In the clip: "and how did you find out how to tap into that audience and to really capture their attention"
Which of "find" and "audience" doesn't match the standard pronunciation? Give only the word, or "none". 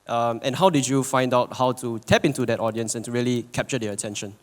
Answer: none